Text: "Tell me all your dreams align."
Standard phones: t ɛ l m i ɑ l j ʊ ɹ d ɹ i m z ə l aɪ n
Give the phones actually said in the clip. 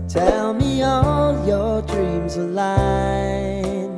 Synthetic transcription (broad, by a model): t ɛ l m i ɑ l j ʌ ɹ d ɹ i m z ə l aɪ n